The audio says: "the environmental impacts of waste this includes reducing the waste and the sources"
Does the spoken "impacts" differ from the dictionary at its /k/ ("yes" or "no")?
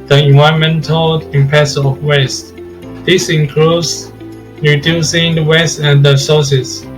yes